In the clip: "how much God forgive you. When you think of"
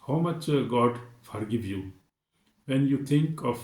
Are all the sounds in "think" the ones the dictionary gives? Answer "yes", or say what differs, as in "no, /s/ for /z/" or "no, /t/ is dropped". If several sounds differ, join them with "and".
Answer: no, /t/ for /θ/